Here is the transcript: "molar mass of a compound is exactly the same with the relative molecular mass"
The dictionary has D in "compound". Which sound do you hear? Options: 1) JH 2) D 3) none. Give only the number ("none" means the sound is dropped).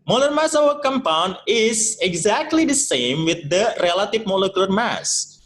2